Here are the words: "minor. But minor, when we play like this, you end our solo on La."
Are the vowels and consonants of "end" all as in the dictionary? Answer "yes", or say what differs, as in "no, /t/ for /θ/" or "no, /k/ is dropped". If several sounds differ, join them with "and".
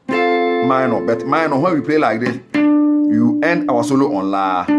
yes